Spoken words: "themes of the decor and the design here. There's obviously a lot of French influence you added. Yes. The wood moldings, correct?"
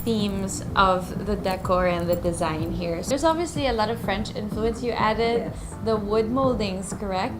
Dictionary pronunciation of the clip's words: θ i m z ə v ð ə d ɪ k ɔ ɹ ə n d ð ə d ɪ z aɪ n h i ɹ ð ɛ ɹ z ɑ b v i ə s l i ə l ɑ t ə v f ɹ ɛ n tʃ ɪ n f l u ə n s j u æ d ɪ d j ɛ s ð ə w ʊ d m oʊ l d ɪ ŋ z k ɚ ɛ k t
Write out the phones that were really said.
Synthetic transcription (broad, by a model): θ i m z ə v ð ə d ɪ k ɔ ɹ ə n ð ə d ɪ z aɪ n h i ɹ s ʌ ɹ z ɑ b v i ə s l i ə l ɑ t ə v f ɹ ɛ n tʃ ɪ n f l u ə n s j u æ d ɪ d ð ə w ʊ d m oʊ l d ɪ ŋ z k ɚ ɛ k t